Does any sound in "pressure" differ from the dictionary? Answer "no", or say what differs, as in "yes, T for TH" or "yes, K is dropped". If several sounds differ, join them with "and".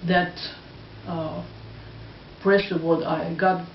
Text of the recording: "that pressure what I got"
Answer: yes, S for SH